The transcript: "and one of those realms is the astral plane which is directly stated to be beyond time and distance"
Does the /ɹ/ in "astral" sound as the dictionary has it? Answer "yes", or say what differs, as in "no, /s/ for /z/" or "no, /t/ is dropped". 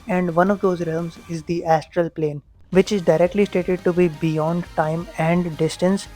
yes